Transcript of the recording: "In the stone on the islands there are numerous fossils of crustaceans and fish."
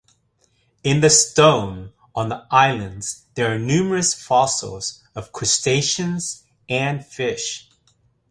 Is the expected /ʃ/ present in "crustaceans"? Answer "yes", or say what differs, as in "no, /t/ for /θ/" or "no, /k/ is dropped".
yes